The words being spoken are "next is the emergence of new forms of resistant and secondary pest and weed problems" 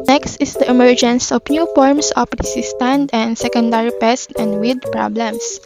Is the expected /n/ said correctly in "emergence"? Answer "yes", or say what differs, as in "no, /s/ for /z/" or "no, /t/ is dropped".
yes